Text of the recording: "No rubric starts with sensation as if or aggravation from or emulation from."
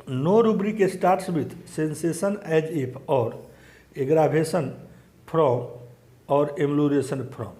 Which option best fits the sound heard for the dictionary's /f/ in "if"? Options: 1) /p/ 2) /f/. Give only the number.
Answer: 1